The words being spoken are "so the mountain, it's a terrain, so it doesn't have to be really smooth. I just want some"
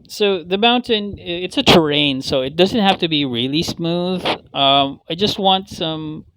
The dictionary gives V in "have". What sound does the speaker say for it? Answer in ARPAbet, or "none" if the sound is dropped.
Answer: F